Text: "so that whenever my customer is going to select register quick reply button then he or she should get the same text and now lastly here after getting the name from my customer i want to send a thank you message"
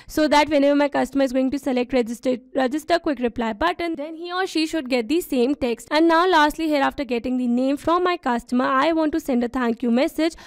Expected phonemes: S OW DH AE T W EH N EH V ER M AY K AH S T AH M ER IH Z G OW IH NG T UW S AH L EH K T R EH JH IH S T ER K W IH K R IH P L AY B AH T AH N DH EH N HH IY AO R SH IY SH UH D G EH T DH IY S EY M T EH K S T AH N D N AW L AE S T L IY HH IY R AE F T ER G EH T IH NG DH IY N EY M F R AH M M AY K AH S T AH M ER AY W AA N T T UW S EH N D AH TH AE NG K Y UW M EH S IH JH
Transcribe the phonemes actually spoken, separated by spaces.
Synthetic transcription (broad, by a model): S OW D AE T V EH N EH V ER M AY K AH S T AH M ER IH Z G OW IH NG T UW S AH L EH K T R EH JH IH S T ER K W IH K R IH P L AY B AH T AH N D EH N HH IY AO R SH IY SH UH D G EH T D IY S EY M T EH K S T AH N D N AW L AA S T L IY HH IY R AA F T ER G EH T IH NG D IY N EY M F R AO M M AY K AH S T AH M ER AY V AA N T T UW S EH N D AH T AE NG K Y UW M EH S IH JH